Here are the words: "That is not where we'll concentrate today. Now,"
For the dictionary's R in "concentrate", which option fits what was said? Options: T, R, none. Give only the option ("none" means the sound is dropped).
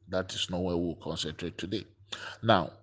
R